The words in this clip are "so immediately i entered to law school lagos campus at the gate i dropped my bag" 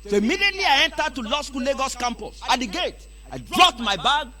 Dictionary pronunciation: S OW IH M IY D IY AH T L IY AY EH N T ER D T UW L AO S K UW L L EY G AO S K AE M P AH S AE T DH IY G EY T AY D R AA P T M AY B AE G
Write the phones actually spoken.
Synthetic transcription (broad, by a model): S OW IH M IY D IY AH T L IY AY EH N T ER D T UW L AO S K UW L L EY G AO S K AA M P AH S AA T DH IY G EY T AY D R AA T M AY B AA G